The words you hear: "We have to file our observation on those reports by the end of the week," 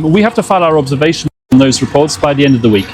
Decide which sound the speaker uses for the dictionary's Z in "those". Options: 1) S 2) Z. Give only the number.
2